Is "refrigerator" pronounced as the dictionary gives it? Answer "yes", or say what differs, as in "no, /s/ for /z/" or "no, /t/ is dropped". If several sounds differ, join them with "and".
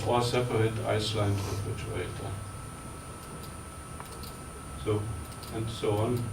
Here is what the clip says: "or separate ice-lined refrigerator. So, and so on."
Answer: no, /ɹ/ is dropped and /tʃ/ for /dʒ/